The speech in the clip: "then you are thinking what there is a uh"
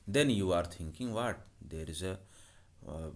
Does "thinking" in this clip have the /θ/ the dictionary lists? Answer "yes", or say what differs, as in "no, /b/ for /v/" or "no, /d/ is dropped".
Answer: no, /t/ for /θ/